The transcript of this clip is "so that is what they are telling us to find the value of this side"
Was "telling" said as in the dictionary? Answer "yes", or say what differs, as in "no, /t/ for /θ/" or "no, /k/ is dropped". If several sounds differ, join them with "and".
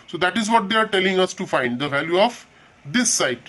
yes